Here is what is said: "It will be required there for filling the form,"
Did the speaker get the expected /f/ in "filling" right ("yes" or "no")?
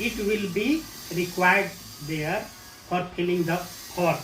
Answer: no